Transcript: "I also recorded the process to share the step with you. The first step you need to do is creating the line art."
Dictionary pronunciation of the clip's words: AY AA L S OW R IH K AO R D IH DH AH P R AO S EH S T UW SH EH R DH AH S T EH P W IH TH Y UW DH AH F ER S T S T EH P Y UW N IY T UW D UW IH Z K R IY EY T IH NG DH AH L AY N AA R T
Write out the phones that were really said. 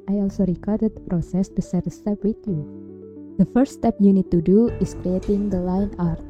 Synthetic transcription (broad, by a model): AY AA L S OW R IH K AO R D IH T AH P R AO S EH S T UW S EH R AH S T EH P W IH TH Y UW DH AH F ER T S T EH P Y UW N IY T UW D UW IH S K R IY EY T IH NG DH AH L AY N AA R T